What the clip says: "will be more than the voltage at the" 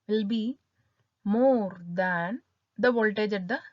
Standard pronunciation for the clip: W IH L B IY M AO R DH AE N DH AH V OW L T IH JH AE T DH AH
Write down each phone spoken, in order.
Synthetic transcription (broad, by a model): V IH L B IY M AO R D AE N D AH V OW L T IH JH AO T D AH